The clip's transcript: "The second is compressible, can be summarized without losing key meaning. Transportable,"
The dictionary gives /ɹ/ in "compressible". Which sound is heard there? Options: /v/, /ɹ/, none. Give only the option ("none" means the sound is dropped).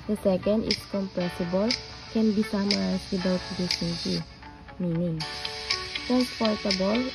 none